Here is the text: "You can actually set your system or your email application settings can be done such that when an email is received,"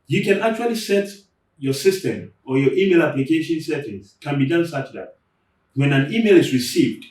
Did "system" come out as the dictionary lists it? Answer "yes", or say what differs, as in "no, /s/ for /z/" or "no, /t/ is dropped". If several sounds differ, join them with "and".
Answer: yes